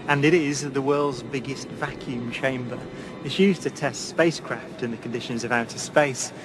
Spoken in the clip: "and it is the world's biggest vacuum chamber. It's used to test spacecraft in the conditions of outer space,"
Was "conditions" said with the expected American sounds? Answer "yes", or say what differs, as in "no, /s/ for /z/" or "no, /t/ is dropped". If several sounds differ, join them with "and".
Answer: yes